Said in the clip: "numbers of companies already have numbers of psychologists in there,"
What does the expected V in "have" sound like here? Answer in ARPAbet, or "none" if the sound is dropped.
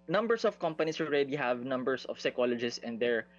V